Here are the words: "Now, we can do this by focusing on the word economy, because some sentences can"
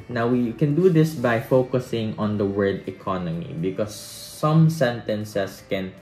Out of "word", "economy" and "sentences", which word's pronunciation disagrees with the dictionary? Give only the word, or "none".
sentences